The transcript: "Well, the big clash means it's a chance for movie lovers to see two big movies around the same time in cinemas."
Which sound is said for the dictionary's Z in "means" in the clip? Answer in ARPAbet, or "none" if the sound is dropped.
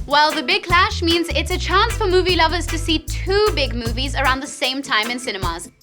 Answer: Z